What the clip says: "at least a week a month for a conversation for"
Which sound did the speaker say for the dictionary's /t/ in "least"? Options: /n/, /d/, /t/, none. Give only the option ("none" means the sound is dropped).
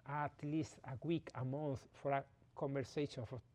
/t/